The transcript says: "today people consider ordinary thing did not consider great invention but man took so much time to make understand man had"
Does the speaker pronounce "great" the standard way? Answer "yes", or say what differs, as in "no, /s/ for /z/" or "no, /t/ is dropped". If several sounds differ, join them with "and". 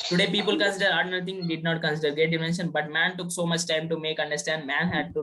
no, /ɹ/ is dropped